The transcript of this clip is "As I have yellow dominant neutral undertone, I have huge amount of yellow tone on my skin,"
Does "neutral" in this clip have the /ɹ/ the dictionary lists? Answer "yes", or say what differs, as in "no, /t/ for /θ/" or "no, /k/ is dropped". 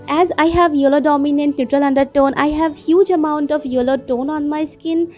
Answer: yes